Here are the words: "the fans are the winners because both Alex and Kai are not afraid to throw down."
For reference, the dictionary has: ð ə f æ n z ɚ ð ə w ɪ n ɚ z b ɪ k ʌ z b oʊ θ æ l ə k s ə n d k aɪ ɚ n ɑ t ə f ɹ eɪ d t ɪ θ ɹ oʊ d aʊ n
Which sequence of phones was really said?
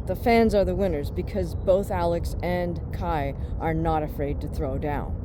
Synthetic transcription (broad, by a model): ð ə f æ n z ɚ ð ə w ɪ n ɚ z b ɪ k ʌ z b oʊ θ æ l ə k s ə n k aɪ ɚ n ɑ t ə f ɹ eɪ d t ɪ θ ɹ oʊ d aʊ n